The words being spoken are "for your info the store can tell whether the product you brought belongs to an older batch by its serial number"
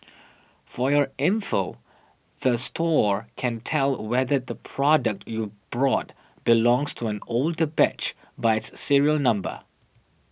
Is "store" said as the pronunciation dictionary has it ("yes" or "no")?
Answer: yes